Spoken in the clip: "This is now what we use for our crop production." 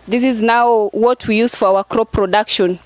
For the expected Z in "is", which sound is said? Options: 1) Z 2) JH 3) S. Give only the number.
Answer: 1